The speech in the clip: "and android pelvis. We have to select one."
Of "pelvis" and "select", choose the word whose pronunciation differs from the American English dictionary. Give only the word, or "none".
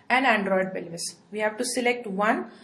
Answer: pelvis